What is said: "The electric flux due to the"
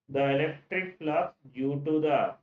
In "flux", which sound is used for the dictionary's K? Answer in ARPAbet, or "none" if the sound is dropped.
none